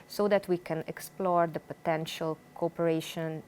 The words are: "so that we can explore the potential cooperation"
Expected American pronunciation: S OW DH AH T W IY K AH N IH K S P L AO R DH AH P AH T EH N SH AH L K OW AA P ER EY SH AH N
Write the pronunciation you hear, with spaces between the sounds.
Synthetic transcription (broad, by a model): S OW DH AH T W IY K AH N IH K S P L AO R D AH P AH T EH N SH AH L K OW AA P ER EY SH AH N